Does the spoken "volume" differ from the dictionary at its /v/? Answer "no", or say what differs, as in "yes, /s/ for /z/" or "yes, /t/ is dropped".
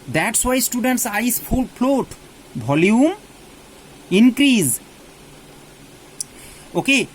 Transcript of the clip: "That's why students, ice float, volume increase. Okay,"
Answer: yes, /b/ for /v/